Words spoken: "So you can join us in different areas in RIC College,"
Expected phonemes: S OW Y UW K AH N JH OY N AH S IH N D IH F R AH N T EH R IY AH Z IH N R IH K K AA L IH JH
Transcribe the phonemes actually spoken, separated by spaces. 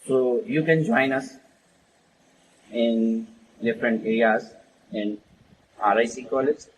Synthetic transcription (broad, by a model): S OW Y UW K AH N JH OY N AH S IH N D IH F R AH N T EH R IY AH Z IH N R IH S K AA L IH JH